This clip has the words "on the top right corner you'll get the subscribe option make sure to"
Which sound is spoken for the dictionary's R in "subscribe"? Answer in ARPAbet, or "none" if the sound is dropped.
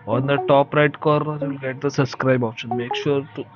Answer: R